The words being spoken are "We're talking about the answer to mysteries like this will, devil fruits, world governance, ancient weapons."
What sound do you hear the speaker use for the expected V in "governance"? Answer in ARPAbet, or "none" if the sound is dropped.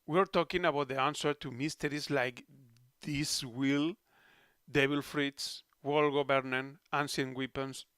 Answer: B